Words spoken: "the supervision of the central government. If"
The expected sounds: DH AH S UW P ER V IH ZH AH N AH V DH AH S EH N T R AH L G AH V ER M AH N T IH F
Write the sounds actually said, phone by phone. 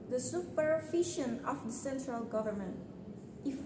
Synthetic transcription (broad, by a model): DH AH S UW P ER F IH SH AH N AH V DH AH S EH N T R AH L G AH V ER M AH N T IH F